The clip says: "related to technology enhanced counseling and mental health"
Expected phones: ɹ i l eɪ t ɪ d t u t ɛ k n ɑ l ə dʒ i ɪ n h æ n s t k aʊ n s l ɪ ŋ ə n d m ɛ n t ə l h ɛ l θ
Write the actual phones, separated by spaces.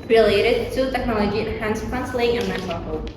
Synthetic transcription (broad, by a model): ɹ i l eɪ t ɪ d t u t ɛ k n ɑ l ə dʒ i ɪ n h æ n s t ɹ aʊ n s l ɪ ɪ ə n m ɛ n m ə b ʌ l